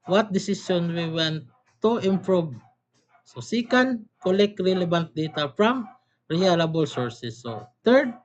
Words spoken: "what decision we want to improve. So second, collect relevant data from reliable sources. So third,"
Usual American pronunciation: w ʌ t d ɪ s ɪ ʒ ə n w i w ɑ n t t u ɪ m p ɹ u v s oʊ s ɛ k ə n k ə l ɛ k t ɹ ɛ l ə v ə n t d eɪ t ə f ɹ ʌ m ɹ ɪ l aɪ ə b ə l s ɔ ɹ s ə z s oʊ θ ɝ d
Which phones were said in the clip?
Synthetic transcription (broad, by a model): w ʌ t d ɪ s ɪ s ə n w i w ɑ n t t u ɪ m p ɹ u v s oʊ s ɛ k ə n k ə l ɛ k t ɹ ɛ l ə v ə n t d eɪ t ə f ɹ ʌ m ɹ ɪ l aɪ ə b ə l s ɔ ɹ s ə s oʊ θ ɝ d